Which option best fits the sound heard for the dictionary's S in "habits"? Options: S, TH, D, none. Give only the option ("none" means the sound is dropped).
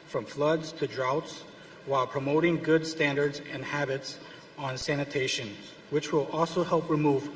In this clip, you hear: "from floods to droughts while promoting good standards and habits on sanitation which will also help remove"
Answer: S